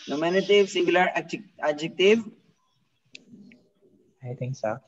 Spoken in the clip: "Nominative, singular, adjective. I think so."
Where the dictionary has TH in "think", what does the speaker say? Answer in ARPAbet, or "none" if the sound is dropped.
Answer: T